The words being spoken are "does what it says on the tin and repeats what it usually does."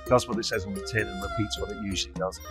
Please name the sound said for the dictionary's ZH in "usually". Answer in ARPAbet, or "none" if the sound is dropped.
ZH